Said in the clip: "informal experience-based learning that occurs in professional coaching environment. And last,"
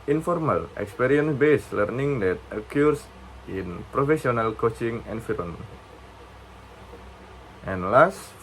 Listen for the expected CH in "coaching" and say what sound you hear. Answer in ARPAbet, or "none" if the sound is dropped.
CH